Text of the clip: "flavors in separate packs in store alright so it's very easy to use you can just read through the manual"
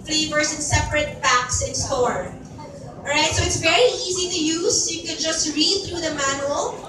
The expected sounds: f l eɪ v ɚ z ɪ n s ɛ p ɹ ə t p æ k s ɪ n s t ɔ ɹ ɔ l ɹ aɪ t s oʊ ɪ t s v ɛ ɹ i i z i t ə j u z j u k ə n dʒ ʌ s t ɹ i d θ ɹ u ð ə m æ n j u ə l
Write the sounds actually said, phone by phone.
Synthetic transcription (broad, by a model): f l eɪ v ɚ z ɪ n s ɛ p ɹ ə t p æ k s ɪ n s t ɔ ɹ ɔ ɹ aɪ t s oʊ ɪ t s v ɛ ɹ i i z i t ə j u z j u k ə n dʒ ʌ s t ɹ i d θ ɹ u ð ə m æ n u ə l